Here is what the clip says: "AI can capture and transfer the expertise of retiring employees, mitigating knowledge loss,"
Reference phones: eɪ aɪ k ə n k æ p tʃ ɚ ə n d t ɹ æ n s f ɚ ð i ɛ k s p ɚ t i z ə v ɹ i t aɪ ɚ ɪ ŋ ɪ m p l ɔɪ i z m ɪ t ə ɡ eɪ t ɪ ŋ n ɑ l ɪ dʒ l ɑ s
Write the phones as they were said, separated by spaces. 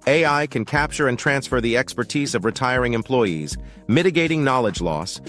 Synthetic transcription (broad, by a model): eɪ aɪ k ə n k æ p tʃ ɚ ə n t ɹ æ n s f ɚ ð i ɛ k s p ɚ t i z ə v ɹ i t aɪ ɚ ɪ ŋ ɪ m p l ɔɪ i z m ɪ t ə ɡ eɪ t ɪ ŋ n ɑ l ɪ dʒ l ɑ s